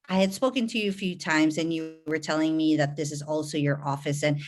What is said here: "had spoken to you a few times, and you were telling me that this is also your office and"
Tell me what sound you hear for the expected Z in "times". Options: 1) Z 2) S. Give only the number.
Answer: 1